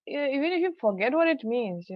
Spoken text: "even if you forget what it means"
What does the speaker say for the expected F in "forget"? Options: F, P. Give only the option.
F